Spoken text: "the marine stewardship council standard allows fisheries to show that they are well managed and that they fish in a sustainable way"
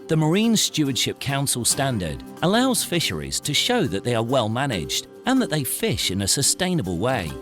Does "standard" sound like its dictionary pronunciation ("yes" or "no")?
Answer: yes